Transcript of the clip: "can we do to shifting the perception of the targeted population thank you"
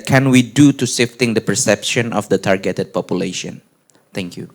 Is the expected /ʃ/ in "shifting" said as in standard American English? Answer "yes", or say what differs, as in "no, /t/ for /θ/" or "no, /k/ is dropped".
no, /s/ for /ʃ/